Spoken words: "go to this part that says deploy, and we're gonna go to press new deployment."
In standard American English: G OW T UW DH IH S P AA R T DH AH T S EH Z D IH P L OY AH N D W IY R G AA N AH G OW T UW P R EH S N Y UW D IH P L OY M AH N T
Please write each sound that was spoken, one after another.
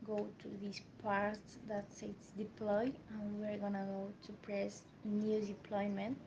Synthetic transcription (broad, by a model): G OW T UW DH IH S P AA R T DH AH T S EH S D IH P L OY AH N W IY R G AA N AH G OW T UW P R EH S N Y UW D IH P L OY M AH N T